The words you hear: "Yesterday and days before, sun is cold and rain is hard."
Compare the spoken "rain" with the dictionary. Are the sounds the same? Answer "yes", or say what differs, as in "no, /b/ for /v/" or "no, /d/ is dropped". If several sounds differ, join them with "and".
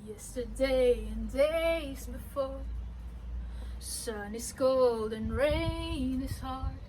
yes